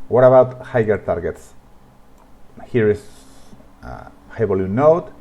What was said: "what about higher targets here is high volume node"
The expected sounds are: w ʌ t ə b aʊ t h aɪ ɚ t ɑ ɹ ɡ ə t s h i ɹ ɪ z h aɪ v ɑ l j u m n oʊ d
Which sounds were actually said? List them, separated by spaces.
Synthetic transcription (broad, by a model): w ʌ t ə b aʊ t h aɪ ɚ t ɑ ɹ ɡ ə t s h i ɹ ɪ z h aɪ b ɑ l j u n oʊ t